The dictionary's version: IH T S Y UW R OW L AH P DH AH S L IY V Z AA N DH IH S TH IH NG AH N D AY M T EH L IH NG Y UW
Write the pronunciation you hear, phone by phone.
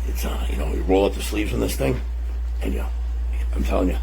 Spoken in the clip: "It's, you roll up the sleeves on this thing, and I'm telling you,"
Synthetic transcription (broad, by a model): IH T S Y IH R OW L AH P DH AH S L IY V Z N DH IH S TH IH NG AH N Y AY M T EH L IH NG Y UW